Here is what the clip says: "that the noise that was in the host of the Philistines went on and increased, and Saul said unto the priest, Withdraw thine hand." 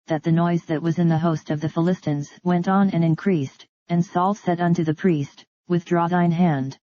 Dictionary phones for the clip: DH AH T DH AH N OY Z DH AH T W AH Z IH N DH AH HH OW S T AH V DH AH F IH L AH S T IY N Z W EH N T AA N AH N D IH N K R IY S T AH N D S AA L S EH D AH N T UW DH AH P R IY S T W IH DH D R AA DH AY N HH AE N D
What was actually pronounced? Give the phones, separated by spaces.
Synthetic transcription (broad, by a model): DH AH T DH AH N OY Z DH AH T W AH Z IH N DH AH HH OW S T AH V DH AH F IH L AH S T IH N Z W EH N T N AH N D IH N K R IY S T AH N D S AA L S EH D AH N T UW DH AH P R IY S T W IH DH D R AA DH AY N HH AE N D